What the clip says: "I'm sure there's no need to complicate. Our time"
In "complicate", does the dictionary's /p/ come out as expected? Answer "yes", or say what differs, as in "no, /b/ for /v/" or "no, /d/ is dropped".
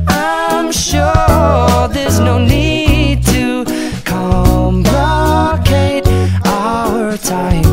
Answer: no, /b/ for /p/